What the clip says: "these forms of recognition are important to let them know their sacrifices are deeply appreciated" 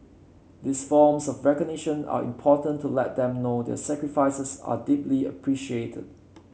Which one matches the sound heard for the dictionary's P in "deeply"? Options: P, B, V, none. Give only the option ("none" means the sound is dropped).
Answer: P